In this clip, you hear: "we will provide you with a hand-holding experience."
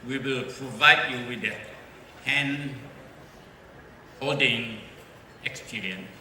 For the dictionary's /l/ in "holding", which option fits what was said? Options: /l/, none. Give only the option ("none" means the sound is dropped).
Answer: none